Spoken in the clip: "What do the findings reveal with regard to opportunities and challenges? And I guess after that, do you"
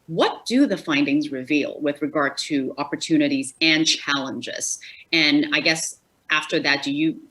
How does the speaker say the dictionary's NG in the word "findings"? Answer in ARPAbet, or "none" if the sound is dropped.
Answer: NG